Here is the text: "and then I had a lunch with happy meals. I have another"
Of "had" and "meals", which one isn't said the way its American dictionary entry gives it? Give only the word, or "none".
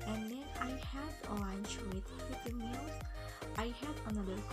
meals